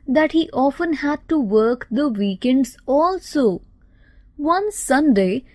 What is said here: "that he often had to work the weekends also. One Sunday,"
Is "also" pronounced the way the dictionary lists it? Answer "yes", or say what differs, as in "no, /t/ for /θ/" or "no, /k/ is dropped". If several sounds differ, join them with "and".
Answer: yes